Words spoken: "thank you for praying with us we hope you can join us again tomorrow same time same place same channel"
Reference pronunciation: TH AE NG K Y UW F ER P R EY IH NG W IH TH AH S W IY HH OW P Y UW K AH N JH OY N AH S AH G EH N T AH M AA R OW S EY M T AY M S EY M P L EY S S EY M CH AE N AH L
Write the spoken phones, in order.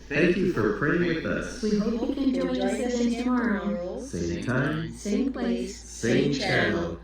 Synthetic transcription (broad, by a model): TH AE NG K Y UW F ER P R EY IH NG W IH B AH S W IY HH OW P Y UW K AH N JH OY AH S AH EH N T AH M AA R OW S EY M T AY M S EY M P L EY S S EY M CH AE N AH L